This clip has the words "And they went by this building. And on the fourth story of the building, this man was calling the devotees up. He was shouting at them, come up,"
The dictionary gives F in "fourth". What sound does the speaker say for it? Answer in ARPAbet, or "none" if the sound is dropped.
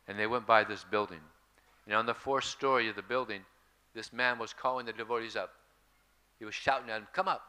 F